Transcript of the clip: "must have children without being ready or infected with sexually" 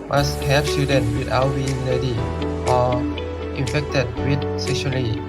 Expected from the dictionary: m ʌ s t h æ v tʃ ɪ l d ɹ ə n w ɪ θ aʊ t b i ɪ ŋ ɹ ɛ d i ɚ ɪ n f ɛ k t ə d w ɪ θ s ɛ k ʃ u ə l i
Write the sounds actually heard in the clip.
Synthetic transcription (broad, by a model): m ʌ s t h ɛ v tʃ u d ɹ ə n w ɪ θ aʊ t b i ɪ ŋ l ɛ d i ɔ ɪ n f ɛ k t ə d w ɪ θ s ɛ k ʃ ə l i